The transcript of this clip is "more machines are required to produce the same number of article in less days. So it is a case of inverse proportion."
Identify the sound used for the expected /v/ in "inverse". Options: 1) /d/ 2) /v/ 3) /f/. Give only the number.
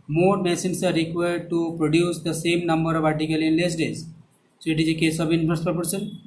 3